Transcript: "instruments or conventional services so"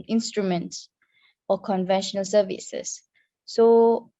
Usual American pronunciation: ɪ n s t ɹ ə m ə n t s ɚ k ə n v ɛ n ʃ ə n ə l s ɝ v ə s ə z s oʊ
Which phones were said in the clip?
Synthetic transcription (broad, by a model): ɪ n s t ɹ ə m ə n t s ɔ k ə n v ɛ n ʃ ə n ə l s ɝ v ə s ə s oʊ